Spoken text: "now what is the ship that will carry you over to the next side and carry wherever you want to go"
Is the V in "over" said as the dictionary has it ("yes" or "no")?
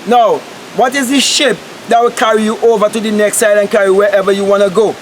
yes